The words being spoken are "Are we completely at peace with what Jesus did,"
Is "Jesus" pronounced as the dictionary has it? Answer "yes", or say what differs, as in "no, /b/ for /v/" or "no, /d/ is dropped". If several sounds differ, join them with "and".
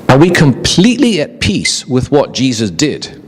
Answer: yes